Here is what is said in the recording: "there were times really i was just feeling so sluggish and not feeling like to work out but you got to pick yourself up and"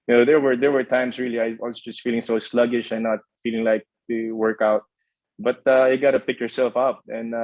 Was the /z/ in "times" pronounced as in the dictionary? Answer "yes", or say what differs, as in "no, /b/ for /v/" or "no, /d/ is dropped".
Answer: no, /s/ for /z/